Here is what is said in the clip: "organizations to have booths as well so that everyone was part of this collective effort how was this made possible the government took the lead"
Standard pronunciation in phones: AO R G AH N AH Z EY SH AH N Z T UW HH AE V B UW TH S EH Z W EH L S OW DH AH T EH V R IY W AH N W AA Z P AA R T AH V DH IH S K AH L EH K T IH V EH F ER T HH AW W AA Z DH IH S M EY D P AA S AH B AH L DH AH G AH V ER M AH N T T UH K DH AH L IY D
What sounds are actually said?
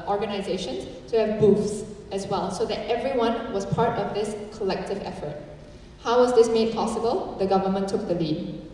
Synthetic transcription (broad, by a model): AO R G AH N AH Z EY SH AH N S T UW HH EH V B UW F S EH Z W EH L S OW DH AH T EH V R IY W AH N W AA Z P AA R T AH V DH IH S K AH L EH K T IH V EH F ER T HH AW W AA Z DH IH S M EY D P AA S AH B AH L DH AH G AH V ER M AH N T T UH K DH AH L IY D